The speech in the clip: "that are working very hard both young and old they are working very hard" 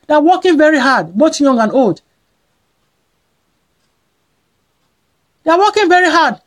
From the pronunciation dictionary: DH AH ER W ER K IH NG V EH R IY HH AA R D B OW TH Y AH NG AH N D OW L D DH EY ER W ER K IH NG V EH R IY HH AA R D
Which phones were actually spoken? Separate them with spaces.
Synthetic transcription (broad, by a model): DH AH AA W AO K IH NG V EH R IY HH AA D B OW T Y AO NG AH N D OW L D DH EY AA W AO K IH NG V EH R IY HH AA D